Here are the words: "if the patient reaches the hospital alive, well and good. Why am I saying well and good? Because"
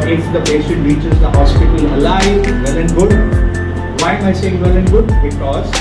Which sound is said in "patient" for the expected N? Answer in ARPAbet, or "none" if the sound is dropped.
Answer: none